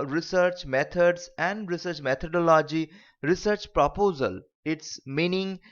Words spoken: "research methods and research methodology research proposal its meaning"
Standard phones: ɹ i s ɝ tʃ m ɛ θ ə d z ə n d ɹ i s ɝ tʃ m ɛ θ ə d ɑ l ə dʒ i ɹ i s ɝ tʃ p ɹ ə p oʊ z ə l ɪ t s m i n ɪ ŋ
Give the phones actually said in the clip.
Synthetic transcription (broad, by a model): ɹ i s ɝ tʃ m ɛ t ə d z ə n d ɹ i s ɝ tʃ m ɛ t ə d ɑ l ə dʒ i ɹ i s ɝ tʃ p ɹ ə p oʊ z ə l ɪ t s m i n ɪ ŋ